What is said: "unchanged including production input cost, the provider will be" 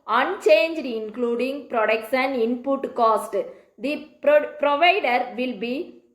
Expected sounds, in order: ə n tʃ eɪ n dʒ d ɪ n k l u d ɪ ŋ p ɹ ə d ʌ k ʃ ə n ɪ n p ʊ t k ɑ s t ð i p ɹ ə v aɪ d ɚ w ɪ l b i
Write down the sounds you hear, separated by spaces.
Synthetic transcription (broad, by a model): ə n tʃ eɪ n dʒ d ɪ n k l u d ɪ ŋ p ɹ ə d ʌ k s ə n ɪ n p ʊ t k ɑ s t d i p ɹ ə v aɪ d ɚ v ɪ l b i